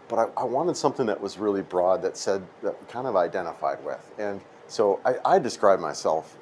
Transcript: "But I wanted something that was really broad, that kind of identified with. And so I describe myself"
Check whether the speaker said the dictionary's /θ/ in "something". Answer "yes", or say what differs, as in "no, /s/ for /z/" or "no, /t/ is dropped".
yes